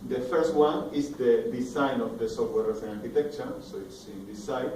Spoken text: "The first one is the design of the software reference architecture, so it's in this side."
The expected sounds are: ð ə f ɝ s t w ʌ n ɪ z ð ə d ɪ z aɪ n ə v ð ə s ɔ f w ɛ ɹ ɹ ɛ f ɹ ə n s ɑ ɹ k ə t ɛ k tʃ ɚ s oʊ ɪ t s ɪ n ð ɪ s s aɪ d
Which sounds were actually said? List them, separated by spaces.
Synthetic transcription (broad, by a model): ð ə f ɝ s t w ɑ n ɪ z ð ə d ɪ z aɪ n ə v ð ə s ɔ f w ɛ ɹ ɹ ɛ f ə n ɑ ɹ k ə t ɛ k tʃ ɚ s oʊ ɪ t s ɪ n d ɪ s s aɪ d